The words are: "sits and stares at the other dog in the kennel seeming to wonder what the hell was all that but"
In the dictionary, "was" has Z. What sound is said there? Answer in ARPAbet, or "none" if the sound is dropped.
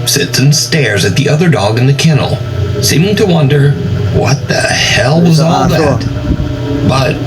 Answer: Z